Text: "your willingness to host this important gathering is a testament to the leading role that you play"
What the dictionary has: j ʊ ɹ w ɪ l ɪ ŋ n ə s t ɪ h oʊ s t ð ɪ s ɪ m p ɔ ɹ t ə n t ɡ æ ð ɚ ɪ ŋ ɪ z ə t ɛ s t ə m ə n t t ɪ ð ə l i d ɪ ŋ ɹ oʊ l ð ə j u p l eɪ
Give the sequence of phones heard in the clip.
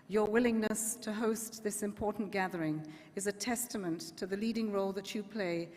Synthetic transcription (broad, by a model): j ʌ ɹ w ɪ l ɪ ŋ n ə s t ɪ h oʊ s t ð ɪ s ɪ m p ɔ ɹ t n ɡ æ ð ɚ ɪ ŋ ɪ z ə t ɛ s t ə m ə n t t ɪ ð ə l i d ɪ ŋ ɹ oʊ l ð ə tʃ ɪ p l eɪ